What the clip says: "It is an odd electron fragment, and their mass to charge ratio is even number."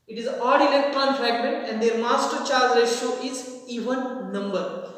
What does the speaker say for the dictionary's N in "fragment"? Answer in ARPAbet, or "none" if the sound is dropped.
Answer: none